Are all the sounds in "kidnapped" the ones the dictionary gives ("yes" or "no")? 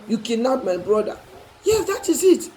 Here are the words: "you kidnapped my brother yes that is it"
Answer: no